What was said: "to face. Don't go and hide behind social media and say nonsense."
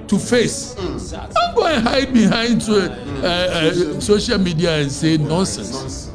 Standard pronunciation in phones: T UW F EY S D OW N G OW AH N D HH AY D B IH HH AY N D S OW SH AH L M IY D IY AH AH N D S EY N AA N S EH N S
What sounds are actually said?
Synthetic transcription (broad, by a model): T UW F EY S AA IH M G OW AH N HH AY D B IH HH AY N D S OW SH AH L M IY D IY AH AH N S EY N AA N S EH N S